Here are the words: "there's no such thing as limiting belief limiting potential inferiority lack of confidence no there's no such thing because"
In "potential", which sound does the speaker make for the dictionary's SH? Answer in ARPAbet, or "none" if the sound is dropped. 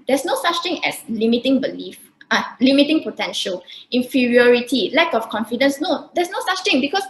SH